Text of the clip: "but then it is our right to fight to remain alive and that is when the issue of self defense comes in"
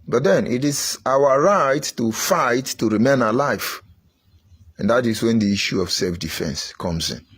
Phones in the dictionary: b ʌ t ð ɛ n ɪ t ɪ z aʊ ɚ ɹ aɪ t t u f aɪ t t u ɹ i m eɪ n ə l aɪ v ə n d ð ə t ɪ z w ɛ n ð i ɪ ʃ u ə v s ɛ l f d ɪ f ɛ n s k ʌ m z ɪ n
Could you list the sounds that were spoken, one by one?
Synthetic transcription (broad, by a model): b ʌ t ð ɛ n ɪ t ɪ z aʊ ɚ ɹ aɪ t t u f aɪ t t u ɹ i m eɪ n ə l aɪ f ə n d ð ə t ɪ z w ɛ n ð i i ʃ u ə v s ɛ l f d ɪ f ɛ n s k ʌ m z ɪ n